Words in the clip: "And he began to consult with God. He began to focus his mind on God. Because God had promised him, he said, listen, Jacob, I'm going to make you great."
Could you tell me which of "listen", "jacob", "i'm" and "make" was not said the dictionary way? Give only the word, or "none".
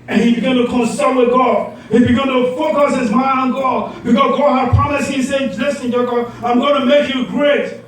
jacob